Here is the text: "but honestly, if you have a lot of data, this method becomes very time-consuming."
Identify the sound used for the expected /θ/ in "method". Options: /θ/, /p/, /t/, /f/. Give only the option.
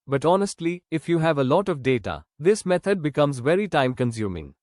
/t/